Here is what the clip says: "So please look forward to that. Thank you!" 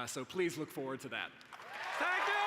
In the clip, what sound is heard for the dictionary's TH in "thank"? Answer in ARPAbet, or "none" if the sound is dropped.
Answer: S